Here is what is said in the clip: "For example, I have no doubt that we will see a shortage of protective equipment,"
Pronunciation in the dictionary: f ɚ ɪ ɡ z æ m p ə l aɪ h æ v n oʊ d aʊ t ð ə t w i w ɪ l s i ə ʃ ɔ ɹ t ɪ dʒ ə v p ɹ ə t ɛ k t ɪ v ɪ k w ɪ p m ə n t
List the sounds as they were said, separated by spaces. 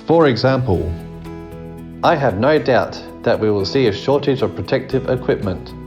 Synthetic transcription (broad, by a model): f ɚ ɪ ɡ z æ m p ə l aɪ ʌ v n oʊ d aʊ t ð ə t w i w ɪ l s i ə ʃ ɔ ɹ t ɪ dʒ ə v p ɹ ə t ɛ k t ɪ v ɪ k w ɪ p m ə n t